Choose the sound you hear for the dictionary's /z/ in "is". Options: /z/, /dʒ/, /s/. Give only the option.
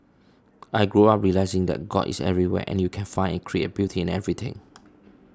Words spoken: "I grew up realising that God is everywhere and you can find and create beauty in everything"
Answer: /s/